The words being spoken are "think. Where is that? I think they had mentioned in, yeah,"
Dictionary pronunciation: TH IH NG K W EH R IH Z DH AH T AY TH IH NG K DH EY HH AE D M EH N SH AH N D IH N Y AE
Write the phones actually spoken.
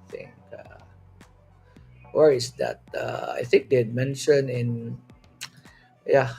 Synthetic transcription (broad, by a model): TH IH NG K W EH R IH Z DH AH T AY TH IH NG K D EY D M EH N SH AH N IH N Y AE